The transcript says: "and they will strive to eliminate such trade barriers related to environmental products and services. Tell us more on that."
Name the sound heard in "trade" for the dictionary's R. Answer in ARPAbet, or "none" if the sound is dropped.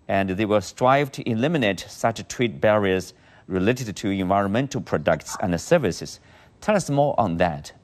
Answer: W